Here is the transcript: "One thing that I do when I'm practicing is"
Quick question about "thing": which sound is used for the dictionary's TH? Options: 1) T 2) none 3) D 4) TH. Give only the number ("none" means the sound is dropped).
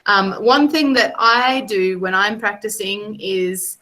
4